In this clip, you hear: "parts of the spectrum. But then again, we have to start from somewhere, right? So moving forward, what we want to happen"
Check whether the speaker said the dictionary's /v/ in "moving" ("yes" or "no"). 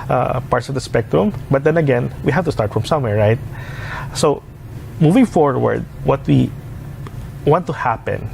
yes